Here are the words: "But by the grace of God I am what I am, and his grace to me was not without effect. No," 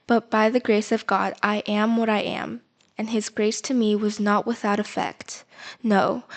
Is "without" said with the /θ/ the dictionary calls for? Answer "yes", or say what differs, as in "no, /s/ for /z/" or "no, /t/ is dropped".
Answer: yes